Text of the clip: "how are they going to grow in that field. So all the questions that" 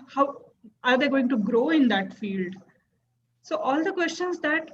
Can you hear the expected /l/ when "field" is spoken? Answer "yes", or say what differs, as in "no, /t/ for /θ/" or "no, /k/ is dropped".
yes